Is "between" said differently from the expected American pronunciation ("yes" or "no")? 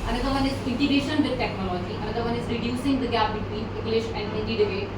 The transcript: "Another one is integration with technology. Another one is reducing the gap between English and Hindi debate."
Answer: yes